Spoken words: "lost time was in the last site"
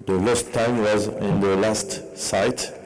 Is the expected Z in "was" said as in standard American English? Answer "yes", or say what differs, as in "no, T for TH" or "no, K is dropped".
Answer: yes